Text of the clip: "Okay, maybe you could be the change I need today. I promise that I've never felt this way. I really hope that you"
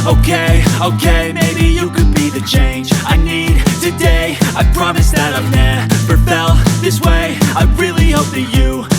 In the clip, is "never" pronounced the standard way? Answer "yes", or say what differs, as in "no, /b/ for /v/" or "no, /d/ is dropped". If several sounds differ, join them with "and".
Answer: no, /p/ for /v/